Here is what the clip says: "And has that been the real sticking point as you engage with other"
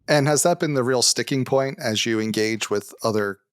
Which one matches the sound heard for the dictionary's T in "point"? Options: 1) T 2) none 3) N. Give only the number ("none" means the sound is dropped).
1